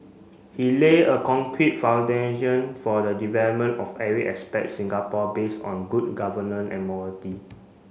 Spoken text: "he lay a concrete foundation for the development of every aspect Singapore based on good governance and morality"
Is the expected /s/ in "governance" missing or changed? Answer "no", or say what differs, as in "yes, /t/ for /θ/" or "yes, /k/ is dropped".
yes, /s/ is dropped